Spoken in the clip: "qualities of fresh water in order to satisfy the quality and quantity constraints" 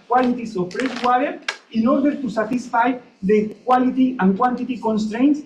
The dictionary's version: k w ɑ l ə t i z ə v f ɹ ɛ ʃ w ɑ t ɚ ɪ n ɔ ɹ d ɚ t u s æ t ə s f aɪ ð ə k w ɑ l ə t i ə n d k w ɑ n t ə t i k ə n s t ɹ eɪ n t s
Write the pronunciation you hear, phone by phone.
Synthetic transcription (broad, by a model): k w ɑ l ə t i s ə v p ɹ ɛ s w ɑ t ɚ ɪ n ɔ ɹ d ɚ t u s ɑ t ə s f aɪ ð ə k w ɑ l ə t i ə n k w ɑ n t ə t i k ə n s t ɹ eɪ n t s